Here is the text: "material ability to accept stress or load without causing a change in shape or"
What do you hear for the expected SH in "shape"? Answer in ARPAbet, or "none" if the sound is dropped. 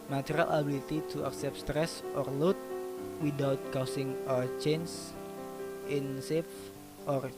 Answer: S